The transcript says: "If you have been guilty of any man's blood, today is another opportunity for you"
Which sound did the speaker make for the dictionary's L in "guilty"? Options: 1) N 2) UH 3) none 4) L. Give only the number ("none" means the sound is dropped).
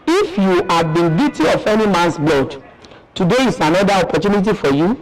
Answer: 3